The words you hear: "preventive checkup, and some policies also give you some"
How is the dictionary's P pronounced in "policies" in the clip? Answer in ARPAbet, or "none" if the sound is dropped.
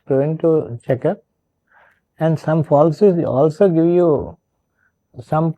F